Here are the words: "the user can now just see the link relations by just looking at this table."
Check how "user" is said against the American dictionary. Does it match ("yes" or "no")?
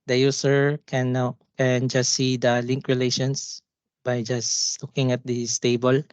no